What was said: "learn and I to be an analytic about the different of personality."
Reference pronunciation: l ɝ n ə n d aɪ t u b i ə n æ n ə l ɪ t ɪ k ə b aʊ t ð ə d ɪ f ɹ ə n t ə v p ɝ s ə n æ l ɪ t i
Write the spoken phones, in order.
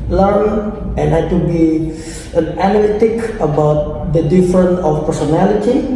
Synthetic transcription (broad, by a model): l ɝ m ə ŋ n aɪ t u b i ə n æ n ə l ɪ t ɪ k ə b aʊ t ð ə d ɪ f ɹ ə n ə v p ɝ s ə n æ l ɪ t i